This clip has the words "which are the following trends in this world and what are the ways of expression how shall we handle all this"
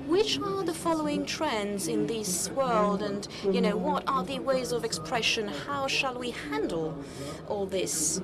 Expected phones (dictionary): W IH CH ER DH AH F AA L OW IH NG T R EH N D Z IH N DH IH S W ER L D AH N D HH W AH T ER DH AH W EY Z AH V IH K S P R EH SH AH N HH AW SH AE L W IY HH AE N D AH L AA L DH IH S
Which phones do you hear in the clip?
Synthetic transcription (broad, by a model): W IH CH ER DH AH F AA L OW IH NG T R EH N D Z IH N DH IH S W ER L D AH N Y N W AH T ER DH AH W EY Z AH V IH K S P R EH SH AH N HH AW SH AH L W IY HH AE N D L AA L DH IH S